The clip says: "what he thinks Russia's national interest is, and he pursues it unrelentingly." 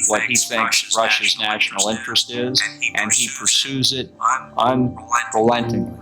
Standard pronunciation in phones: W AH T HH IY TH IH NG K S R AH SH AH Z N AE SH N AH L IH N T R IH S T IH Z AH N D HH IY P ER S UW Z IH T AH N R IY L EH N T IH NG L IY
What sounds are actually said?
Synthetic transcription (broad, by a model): W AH T HH IY TH IH NG K S R AH SH AH Z N AE SH N L IH N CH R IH S T IH Z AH N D IY P ER S UW Z IH T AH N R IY L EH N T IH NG